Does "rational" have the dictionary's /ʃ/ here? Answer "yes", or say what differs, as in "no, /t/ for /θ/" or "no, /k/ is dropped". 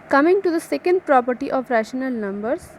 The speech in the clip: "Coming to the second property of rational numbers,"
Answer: yes